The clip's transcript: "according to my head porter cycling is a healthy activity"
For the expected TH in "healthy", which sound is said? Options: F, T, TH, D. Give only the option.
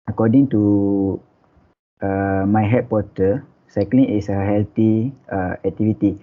T